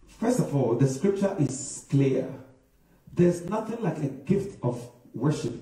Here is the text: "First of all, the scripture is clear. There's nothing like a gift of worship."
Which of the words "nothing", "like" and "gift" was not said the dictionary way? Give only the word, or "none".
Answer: none